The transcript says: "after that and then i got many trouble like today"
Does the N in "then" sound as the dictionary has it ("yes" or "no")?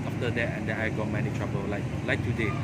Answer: no